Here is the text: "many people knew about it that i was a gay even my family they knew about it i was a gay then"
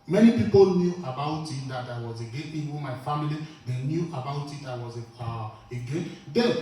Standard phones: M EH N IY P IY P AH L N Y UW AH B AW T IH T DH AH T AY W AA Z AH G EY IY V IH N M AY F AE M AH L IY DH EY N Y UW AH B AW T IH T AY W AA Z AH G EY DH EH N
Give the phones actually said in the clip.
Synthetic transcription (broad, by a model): M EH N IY P IY P AH L N Y UW AH B AW T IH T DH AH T AY W AA Z AH G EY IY W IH M AY F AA M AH L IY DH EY N Y UW AH B AW T IH T AY W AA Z AH G EY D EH